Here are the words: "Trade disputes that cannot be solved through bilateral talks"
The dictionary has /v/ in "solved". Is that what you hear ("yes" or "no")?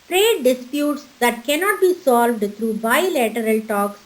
yes